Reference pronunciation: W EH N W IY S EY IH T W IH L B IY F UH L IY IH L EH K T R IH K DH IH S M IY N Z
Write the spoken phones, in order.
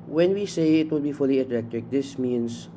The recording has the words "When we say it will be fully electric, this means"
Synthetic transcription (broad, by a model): W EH N W IY S EY IH T W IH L B IY F UH L IY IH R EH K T IH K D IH S M IY N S